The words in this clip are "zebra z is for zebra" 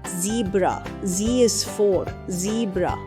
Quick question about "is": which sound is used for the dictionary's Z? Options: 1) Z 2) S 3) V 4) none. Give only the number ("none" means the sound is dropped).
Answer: 2